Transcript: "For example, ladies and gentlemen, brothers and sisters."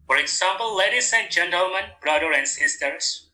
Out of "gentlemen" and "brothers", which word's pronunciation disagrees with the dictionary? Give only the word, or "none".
brothers